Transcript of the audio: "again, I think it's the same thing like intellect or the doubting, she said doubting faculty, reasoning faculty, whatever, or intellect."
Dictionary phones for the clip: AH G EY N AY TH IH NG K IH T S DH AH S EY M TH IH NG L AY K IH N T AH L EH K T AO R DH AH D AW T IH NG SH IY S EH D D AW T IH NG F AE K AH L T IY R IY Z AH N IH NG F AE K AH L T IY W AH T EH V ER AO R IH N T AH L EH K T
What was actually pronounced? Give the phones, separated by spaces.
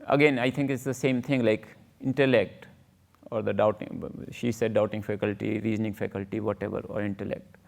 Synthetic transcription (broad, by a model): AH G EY N AY T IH NG K IH T S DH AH S EY M T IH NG L AY K IH N T AH L EH K T AO R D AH D AW T IH NG SH IY S EH D D AW T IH NG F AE K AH L T IY R IY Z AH N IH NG F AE K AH L T IY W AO T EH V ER AO R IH N T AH L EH K T